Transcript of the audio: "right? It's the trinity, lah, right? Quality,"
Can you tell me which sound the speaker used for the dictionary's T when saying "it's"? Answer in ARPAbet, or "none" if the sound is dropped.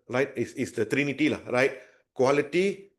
S